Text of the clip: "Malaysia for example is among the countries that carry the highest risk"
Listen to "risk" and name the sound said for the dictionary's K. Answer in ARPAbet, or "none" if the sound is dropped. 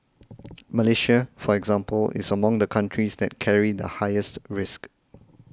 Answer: K